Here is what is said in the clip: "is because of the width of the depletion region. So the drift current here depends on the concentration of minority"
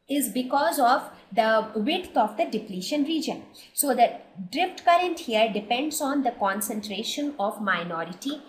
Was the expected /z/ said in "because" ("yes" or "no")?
yes